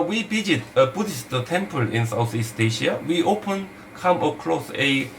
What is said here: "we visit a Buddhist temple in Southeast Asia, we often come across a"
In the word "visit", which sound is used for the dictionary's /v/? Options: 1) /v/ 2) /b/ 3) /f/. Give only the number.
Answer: 2